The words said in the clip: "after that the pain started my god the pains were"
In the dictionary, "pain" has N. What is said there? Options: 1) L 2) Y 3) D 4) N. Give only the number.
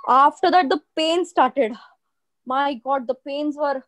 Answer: 4